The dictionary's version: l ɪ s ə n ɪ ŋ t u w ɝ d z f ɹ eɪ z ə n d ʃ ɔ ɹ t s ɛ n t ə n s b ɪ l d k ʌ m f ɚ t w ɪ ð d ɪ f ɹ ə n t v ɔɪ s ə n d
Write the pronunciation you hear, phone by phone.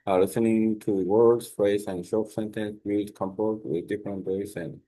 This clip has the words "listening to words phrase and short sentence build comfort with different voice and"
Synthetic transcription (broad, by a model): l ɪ s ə n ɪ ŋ t u w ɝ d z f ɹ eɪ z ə n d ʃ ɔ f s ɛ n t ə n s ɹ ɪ d k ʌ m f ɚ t w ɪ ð d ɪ f ɹ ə n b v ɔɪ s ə n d